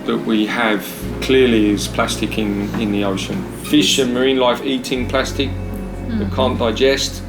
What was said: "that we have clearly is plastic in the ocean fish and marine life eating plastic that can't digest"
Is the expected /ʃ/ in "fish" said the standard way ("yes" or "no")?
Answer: yes